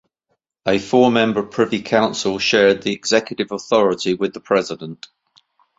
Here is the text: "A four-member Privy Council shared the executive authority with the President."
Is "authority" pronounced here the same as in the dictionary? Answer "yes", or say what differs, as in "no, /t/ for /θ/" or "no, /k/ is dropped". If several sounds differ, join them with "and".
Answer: yes